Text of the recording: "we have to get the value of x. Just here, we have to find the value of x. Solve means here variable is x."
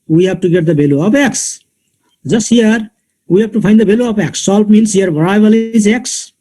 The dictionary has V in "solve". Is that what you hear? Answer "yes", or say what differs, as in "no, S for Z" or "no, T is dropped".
no, P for V